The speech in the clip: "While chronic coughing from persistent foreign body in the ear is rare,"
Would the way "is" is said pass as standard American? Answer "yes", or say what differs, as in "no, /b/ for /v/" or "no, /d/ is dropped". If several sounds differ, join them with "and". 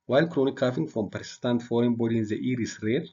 no, /s/ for /z/